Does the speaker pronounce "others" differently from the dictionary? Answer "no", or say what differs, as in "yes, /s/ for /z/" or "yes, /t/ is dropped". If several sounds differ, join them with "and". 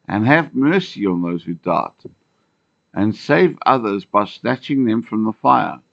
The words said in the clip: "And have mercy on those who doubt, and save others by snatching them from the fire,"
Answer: no